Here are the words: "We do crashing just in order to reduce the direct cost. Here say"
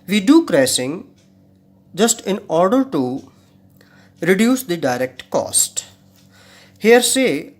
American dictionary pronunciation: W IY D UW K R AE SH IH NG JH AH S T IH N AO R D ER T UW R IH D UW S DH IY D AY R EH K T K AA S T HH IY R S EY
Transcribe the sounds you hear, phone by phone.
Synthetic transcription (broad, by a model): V IY D UW K R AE S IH NG JH AH S T IH N AO R D ER T UW R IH D UW S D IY D AY R EH K T K AA S T HH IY R S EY